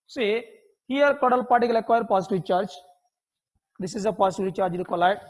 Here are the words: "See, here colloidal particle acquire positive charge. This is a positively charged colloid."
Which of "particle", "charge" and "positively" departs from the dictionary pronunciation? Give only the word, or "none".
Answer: positively